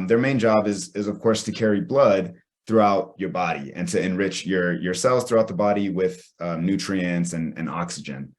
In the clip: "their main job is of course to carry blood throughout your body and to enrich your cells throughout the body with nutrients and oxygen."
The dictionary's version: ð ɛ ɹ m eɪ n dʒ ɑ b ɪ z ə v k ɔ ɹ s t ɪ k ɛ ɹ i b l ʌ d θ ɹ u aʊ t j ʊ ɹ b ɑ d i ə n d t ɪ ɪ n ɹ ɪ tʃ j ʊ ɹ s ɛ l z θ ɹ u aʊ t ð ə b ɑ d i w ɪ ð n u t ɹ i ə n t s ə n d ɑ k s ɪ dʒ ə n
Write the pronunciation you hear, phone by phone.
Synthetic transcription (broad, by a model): ð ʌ ɹ m eɪ n dʒ ɑ b ɪ z ə v k ɔ ɹ s t ɪ k ɛ ɹ i b l ʌ d θ ɹ u aʊ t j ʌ ɹ b ɑ d i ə n t ɪ ɪ n ɹ ɪ tʃ j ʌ ɹ s ɛ l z θ ɹ u aʊ t ð ə b ɑ d i w ɪ ð n u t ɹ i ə n t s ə n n ɑ k s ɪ dʒ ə n